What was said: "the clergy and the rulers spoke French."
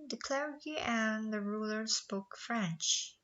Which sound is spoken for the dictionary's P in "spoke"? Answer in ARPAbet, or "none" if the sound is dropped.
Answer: P